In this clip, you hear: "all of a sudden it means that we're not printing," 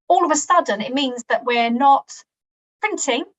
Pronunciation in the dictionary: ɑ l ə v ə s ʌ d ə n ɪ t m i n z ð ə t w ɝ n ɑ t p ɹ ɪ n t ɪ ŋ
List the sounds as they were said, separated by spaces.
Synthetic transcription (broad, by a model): ɑ l ə v ə s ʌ d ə n ɪ t m i n z ð ə t w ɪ n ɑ t p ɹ ɪ n t ɪ ŋ